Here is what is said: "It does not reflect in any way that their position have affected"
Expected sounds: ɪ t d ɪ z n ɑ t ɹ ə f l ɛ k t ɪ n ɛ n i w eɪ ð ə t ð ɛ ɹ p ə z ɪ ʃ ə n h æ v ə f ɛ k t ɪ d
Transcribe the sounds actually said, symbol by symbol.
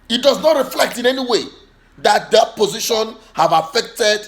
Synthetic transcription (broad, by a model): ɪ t d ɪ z n ɑ t ɹ ə f l ɛ k t ɪ n ɛ n i w eɪ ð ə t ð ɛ p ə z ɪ ʃ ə n h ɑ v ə f ɛ k t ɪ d